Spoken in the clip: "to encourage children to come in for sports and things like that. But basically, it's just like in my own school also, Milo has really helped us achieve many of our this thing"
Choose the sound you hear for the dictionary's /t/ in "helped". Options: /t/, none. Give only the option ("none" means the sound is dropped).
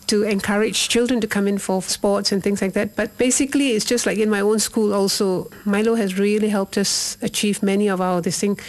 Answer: /t/